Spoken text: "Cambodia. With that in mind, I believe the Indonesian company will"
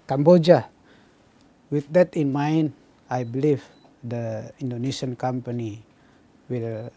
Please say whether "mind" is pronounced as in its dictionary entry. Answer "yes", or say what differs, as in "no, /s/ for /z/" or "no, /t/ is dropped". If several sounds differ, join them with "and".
no, /d/ is dropped